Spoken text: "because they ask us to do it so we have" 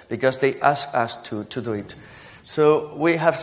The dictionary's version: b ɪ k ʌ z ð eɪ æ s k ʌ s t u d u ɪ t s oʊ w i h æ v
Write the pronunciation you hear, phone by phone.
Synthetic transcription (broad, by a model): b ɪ k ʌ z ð eɪ æ s k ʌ s t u d u ɪ t s oʊ w i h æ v